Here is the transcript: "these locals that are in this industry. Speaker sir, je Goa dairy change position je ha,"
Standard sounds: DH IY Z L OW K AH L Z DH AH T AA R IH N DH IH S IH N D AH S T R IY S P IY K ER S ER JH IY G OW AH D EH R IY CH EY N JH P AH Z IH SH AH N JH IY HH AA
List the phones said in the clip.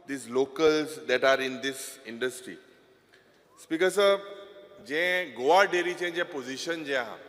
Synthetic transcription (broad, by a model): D IY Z L OW K AH L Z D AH T AA R IH N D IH S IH N D AH S T R IY S P IY K ER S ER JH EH G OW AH D EH R IY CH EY JH P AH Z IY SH AH N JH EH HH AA